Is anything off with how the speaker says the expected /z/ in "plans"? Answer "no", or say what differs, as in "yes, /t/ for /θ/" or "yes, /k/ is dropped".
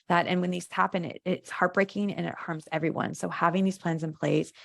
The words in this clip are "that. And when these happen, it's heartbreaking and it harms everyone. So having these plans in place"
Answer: no